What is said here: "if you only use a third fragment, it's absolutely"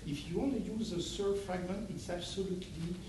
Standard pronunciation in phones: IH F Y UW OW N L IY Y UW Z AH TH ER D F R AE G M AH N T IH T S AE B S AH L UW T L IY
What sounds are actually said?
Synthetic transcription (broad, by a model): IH F Y UW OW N L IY Y UW Z AH S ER F R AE G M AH N T IH T S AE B S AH L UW T L IY